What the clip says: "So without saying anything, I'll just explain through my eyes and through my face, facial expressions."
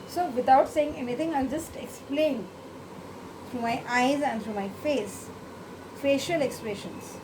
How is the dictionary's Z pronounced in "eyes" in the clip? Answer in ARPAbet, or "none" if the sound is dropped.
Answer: Z